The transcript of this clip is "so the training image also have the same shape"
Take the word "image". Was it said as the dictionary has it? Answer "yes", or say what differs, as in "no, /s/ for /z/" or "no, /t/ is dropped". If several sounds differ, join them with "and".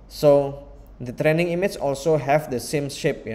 no, /tʃ/ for /dʒ/